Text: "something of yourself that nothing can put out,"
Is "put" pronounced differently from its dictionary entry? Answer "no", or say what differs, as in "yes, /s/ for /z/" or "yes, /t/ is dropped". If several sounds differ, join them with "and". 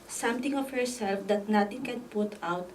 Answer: no